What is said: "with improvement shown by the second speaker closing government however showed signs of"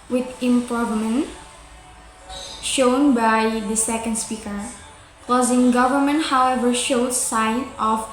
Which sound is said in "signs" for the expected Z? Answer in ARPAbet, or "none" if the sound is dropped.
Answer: none